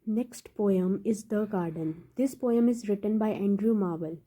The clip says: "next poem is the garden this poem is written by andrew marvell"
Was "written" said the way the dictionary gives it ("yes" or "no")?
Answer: yes